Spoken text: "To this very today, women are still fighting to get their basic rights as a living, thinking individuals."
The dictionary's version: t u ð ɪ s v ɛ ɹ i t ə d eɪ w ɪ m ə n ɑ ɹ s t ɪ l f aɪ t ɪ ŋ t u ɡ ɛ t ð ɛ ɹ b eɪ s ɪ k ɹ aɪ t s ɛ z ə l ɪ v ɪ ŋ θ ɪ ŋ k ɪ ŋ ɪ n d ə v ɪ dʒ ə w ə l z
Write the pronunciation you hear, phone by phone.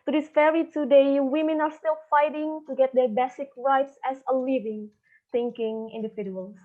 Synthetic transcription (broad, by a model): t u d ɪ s f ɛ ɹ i t ə d eɪ w ɪ m ə n ɑ ɹ s t ɪ l f aɪ t ɪ ŋ t u ɡ ɛ t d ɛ ɹ b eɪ s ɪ k ɹ aɪ t s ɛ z ə l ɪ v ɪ ŋ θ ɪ ŋ k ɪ ŋ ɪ n d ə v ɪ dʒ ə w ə l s